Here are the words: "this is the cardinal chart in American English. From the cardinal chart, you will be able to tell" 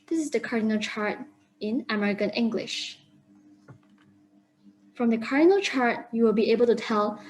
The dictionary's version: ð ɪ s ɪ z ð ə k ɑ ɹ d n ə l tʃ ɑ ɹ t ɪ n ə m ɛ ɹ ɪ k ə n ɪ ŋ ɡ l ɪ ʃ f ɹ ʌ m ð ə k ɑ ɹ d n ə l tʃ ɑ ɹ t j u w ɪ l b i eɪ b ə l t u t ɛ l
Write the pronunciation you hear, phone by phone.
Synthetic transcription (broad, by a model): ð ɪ s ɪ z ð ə k ɑ ɹ d n ə l tʃ ɑ ɹ t ɪ n ə m ɛ ɹ ɪ k ə n ɪ ŋ ɡ l ɪ ʃ f ɹ ʌ m ð ə k ɑ ɹ d n ə l tʃ ɑ ɹ t j u w ɪ l b i eɪ b ə l t u t ɛ l